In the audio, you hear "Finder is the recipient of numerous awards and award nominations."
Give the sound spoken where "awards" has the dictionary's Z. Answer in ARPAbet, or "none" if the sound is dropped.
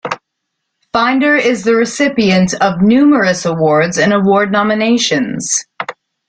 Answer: Z